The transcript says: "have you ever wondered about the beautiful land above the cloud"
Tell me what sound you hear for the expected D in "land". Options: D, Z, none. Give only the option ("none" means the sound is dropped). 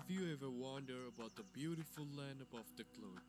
D